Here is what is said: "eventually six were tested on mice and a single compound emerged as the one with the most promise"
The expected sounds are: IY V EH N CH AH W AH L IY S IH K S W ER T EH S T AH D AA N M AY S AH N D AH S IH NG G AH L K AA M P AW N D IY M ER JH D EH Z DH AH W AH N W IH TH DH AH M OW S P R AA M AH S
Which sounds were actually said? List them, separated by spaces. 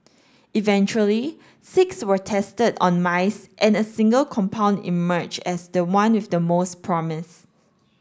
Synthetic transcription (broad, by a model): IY V EH N CH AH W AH L IY S IH K S W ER T EH S T AH D AA N M AY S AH N AH S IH NG G AH L K AA M P AW N D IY M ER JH EH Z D AH W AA N W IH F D AH M OW S P R AA M AH S